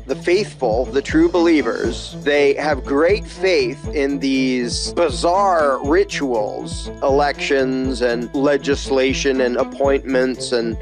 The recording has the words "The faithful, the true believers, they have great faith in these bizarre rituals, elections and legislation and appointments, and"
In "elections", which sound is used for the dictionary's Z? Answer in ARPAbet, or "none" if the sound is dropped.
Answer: Z